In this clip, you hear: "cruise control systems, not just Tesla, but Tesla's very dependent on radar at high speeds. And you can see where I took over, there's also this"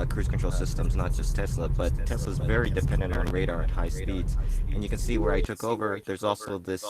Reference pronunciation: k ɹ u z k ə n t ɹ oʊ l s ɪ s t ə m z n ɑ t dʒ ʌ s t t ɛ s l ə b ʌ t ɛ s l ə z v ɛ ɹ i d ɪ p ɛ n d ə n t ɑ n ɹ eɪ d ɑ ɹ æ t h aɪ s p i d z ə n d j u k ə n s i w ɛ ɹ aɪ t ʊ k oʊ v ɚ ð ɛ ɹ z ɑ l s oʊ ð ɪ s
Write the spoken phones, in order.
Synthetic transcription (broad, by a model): k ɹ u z k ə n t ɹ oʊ l s ɪ s t ə m z n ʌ t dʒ ʌ s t t ɛ s l ə b ʌ t ɛ s l ə z v ɛ ɹ i d ɪ p ɛ n d ə n t n ɹ eɪ d ɑ ɹ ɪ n h aɪ s p i d z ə n j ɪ k ə n s i w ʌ ɹ aɪ t ʊ k oʊ v ɚ ð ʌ ɹ z ɑ l s oʊ ð ɪ s